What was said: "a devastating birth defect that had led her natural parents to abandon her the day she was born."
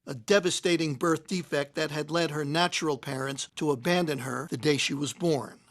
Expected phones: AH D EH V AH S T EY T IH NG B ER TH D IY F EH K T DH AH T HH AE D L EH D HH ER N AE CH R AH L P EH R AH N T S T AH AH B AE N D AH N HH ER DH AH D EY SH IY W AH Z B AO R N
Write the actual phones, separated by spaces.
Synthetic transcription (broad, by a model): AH D EH V AH S T EY T IH NG B ER TH D IY F EH K T DH AH T HH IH D L EH D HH ER N AE CH R L P EH R AH N T S T AH AH B AE N D AH N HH ER DH AH D EY SH IY W AH Z B AO R N